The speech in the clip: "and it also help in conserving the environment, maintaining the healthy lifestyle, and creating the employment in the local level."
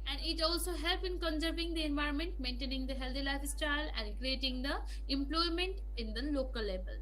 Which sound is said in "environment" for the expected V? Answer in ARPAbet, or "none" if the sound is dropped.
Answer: V